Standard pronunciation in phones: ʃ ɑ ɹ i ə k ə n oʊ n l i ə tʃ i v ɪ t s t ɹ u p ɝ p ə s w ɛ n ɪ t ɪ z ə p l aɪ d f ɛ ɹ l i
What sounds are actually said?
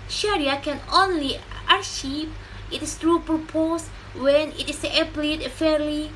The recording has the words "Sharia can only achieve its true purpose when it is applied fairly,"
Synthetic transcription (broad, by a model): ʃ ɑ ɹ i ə k ə n oʊ n l i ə ʃ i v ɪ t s t ɹ u p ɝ p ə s w ɛ n ɪ t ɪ s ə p l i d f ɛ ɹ l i